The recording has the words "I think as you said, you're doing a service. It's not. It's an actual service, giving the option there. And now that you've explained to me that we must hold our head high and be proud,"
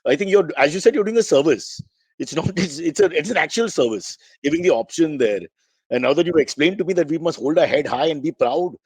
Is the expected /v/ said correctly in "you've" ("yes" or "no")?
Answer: no